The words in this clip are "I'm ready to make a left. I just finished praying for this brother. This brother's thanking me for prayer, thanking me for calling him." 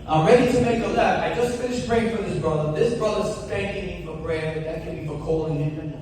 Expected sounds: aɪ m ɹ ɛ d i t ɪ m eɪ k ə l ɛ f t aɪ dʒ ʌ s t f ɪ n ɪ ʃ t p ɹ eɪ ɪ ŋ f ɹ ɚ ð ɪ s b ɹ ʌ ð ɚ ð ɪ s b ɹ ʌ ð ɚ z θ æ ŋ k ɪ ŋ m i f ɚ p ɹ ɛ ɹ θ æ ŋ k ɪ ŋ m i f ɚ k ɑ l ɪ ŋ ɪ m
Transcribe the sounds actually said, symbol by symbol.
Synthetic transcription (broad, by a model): aɪ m ɹ ɛ d i t ɪ m eɪ k ə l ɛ t aɪ dʒ ʌ s t f ɪ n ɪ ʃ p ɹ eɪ ɪ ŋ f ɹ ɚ ð ɪ s b ɹ ʌ ð ɚ ð ɪ s b ɹ ʌ ð ɚ z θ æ ŋ k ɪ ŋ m f ɚ b ɹ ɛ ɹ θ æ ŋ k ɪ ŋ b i f ɚ k ɑ l ɪ ŋ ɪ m